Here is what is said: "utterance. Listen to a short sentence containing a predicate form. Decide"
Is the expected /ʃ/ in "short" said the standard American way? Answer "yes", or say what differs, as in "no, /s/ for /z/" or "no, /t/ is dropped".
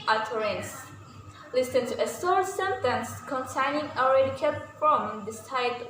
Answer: no, /s/ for /ʃ/